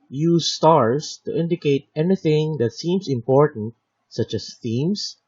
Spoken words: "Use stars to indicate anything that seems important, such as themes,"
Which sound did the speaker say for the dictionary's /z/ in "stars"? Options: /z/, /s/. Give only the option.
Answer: /s/